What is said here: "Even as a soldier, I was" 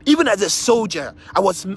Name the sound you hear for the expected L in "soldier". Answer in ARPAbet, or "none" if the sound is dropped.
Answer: L